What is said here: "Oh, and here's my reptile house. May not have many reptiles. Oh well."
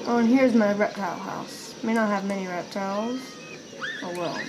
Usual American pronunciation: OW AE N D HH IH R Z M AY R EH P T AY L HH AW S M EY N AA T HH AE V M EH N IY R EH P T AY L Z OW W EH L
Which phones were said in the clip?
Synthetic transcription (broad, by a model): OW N HH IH R Z M AY R EH P T AY L HH AW S M EY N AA T HH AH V M EH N IY R EH P T AY L Z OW W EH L